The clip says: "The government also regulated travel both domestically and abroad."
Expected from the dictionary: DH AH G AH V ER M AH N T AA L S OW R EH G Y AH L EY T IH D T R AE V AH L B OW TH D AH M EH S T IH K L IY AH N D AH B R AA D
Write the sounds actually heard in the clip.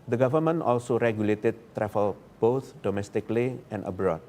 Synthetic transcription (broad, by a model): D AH G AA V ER M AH N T AA L S OW R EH G Y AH L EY T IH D T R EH F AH L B OW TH D AH M EH S T IH K L IY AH N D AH B R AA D